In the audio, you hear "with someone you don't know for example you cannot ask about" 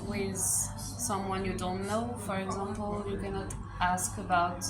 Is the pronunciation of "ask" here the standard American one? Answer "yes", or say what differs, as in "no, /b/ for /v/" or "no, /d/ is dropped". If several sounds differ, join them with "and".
yes